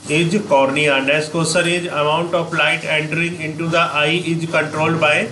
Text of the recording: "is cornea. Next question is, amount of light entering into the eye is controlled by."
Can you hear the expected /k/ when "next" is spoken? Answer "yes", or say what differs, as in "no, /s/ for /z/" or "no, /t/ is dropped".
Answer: no, /k/ is dropped